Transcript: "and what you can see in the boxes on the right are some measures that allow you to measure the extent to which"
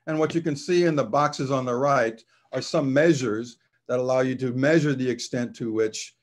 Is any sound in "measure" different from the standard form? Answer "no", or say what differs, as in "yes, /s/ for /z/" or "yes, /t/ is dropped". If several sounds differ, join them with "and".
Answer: no